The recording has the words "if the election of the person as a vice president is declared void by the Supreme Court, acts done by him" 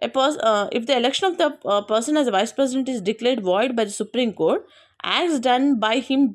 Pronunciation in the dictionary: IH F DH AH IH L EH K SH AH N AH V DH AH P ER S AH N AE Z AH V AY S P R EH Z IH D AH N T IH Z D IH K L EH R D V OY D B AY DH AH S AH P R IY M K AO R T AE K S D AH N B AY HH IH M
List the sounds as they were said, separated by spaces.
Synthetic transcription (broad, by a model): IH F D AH IH L EH K SH AH N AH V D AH P ER S AH N AE Z AH V AY S P R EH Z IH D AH N T IH Z D IH K L EH R D V OY D B AY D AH S AH P R IY M K AO R T AE K S D AH N B AY HH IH M